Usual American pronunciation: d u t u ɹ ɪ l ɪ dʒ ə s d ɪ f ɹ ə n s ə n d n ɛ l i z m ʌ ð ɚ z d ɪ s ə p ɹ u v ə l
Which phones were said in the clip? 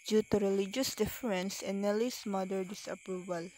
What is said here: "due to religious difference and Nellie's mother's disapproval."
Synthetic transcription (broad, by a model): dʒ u t u ɹ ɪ l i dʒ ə s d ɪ f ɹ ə n s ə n n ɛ l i s m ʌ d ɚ d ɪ s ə p ɹ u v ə l